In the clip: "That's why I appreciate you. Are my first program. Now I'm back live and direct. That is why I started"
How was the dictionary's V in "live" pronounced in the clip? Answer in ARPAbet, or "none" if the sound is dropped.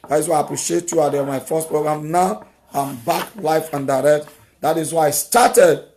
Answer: F